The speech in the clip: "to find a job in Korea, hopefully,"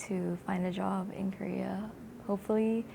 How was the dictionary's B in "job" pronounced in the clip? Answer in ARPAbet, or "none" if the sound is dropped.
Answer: B